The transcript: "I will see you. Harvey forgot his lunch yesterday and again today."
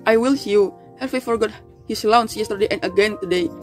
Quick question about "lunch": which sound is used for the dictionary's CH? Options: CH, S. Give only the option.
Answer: S